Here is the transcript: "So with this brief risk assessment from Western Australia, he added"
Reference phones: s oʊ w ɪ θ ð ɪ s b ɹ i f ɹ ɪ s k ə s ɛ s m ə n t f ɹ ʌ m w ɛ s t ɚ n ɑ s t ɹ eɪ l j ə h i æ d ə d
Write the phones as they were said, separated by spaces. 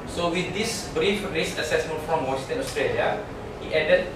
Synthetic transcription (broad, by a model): s oʊ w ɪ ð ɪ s b ɹ i f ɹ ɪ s ə s ɛ s m ə n t f ɹ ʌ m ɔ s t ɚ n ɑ s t ɹ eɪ l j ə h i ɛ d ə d